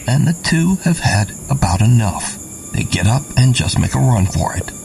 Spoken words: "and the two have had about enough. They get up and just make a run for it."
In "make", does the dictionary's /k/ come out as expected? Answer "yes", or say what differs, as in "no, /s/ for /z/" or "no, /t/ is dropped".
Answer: yes